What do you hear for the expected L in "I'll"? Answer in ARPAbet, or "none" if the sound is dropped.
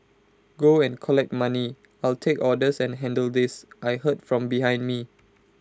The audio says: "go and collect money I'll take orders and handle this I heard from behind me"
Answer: L